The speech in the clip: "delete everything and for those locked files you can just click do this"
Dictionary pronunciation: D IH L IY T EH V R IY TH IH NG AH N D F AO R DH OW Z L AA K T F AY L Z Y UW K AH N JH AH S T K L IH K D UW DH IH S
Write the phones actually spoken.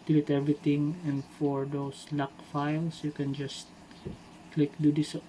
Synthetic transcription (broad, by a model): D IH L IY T EH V R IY T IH NG AH N D F AO R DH OW S L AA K F AY L S Y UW K AH N JH AH S T K L IH K D UW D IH S